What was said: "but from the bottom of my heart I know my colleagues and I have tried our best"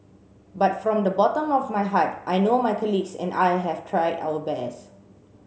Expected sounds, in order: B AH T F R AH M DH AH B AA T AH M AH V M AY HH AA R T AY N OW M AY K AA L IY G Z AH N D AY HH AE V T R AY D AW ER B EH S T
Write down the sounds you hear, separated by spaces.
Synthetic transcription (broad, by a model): B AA T F R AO M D AH B AA T AH M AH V M AY HH AA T T AY N OW M AY K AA L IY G S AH N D AY HH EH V T R AY D AW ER B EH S